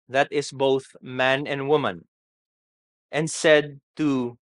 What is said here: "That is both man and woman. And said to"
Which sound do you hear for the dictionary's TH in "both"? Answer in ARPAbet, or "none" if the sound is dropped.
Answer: TH